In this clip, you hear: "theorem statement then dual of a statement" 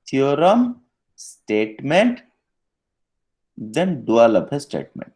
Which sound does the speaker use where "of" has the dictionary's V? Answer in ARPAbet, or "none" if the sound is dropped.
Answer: P